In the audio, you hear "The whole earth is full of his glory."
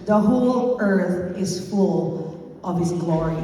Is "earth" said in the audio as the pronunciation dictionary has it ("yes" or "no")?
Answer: yes